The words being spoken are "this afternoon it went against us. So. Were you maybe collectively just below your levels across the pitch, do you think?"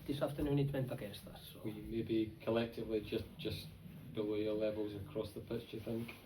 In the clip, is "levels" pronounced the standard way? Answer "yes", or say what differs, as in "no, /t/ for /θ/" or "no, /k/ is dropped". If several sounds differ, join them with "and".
yes